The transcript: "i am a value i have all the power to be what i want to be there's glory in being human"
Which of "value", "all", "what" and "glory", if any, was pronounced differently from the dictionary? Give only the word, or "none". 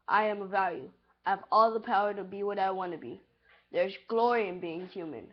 none